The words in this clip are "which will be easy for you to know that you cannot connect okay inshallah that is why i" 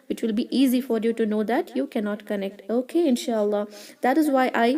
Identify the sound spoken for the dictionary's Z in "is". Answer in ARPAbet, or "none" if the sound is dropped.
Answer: Z